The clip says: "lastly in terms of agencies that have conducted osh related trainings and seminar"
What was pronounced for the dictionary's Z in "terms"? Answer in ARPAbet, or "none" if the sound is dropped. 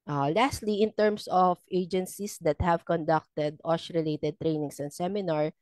S